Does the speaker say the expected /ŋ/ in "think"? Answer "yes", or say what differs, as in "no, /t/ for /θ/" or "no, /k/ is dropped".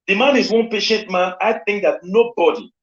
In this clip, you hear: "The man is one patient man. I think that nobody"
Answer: yes